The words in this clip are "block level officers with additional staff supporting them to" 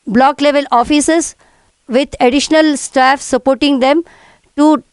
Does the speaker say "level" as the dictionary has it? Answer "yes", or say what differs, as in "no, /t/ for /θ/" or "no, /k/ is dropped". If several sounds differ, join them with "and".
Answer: yes